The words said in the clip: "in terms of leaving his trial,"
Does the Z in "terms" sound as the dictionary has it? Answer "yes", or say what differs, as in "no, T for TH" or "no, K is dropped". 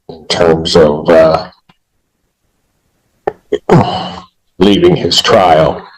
yes